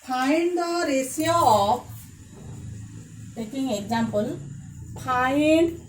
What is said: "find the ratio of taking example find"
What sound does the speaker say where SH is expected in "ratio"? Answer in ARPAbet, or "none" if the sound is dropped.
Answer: S